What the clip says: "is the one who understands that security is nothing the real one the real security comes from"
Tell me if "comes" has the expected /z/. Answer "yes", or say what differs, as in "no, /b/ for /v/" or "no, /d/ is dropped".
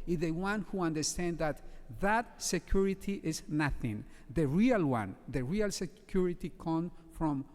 no, /z/ is dropped